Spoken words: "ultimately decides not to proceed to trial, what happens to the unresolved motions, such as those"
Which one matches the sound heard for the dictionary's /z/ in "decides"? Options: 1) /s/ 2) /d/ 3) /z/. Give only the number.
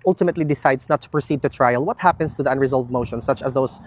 1